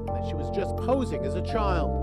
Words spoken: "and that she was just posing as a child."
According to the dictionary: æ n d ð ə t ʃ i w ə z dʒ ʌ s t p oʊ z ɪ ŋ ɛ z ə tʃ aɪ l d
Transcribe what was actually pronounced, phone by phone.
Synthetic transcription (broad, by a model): ð ə t ʃ i w ə z dʒ ʌ s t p oʊ z ɪ ŋ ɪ z ə tʃ aɪ l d